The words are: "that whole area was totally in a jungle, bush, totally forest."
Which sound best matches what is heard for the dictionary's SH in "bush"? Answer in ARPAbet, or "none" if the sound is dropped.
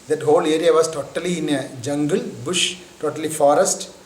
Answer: SH